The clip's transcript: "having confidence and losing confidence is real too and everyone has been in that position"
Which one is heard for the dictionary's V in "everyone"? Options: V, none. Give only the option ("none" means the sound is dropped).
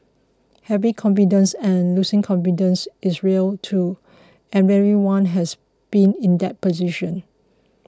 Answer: none